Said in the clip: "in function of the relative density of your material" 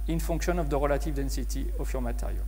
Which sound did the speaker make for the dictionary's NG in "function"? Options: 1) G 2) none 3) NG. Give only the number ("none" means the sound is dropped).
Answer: 2